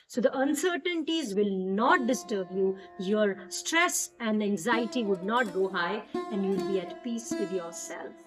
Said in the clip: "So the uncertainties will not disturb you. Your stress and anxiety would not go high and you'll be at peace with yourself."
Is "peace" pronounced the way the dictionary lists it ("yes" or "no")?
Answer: yes